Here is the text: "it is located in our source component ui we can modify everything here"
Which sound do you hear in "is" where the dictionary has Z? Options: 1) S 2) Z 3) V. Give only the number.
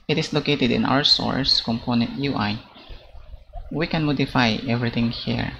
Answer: 1